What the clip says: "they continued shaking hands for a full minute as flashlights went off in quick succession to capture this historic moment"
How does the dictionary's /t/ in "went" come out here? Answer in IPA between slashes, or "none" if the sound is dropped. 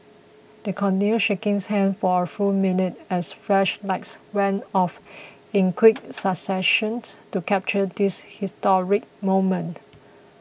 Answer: none